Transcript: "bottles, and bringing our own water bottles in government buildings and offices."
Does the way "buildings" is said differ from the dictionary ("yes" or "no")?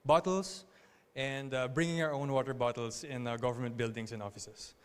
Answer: yes